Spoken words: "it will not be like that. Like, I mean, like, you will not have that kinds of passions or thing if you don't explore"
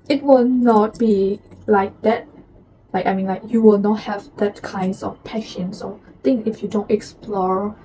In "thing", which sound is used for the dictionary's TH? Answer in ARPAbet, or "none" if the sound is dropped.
T